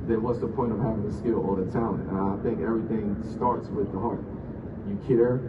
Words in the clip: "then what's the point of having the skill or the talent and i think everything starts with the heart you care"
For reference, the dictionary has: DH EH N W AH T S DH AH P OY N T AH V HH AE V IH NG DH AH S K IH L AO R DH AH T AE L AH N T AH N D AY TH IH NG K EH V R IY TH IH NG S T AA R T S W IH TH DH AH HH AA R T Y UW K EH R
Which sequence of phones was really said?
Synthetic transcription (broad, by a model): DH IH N W AH T S DH AH P OY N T AH V HH AE V IH NG DH AH S K IH L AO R DH AH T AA AH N AH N AY TH IH NG K EH V R IY TH IH NG S T AA R T S W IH DH AH HH AA R T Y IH K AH R